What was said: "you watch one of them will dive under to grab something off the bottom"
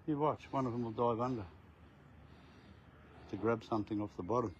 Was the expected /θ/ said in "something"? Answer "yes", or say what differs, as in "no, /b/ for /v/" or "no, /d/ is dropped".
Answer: yes